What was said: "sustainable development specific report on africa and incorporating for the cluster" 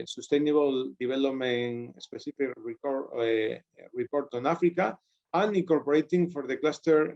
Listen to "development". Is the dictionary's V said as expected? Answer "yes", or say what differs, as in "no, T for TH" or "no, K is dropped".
no, B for V